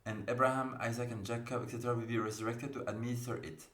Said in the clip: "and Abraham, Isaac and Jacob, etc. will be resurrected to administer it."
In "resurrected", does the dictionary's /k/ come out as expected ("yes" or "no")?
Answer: yes